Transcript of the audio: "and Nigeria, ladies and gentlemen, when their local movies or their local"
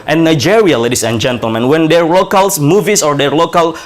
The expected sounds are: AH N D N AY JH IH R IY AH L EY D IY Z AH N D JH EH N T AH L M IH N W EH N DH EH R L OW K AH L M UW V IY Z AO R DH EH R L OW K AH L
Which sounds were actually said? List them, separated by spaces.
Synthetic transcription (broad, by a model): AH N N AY JH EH R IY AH L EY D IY S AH N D JH EH N T AH L M IH N W EH N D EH R L OW K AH L M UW V IY S AO R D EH R L OW K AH L